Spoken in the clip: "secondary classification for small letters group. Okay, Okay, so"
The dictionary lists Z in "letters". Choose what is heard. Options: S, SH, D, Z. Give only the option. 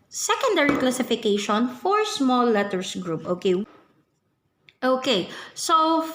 S